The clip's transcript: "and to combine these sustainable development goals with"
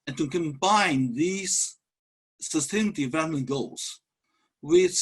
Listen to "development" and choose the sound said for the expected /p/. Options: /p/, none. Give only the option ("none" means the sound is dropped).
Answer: none